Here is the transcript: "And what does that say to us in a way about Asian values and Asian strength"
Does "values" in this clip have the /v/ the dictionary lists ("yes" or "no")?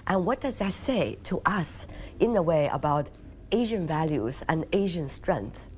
yes